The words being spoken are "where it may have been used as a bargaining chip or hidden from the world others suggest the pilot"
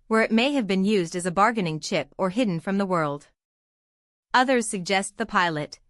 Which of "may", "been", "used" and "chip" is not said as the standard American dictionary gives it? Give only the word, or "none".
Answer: none